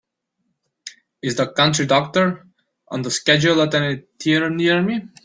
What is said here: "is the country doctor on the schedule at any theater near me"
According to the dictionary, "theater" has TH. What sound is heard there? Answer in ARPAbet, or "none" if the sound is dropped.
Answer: T